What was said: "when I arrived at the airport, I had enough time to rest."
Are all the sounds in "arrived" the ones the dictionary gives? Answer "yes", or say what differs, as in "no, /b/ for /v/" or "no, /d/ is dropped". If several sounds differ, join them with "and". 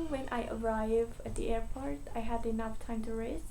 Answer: no, /d/ is dropped